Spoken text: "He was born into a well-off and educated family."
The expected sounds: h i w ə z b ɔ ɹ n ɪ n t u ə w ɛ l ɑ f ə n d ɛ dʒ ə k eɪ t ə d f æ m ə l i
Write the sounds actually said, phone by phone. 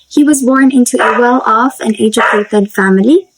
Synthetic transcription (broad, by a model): h i w ə z b ɔ ɹ n ɪ n t u ə w ɛ l ɑ f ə n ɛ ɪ dʒ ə eɪ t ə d f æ m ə l i